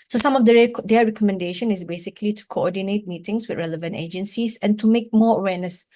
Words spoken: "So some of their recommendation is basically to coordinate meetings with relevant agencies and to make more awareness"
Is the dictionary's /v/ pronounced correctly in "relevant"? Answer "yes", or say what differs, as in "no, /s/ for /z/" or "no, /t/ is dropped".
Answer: yes